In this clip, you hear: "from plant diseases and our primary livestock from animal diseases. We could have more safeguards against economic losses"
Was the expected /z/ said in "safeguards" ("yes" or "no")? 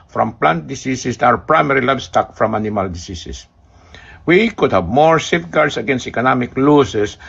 no